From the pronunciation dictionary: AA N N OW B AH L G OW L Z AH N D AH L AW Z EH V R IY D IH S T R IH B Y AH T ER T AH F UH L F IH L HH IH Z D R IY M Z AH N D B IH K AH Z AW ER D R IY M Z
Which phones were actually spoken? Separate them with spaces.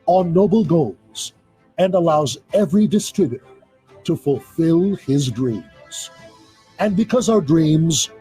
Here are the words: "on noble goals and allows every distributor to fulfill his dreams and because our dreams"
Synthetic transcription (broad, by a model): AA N N OW B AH L G OW L Z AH N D AH L AW Z EH V R IY D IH S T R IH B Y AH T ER T AH F UH L F IH L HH IH Z D R IY M Z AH N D B IH K AH Z AW ER D R IY M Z